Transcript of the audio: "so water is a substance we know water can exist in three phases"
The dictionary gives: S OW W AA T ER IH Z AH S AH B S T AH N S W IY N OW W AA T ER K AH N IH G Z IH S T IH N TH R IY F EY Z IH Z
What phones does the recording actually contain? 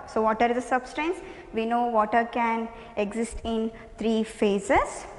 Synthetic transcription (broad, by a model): S OW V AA T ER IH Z AH S AH B S T AH N S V IY N OW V AA T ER K AH N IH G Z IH S T IH N T R IY F EY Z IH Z